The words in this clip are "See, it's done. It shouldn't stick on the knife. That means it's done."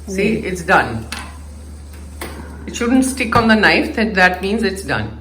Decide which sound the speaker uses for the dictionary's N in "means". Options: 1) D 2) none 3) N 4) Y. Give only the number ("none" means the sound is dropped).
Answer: 3